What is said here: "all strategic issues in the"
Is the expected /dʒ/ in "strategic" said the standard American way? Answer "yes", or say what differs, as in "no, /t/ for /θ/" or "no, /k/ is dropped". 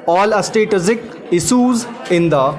no, /z/ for /dʒ/